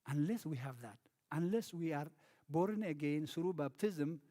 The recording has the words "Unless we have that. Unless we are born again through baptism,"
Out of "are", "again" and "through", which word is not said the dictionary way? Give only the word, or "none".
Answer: through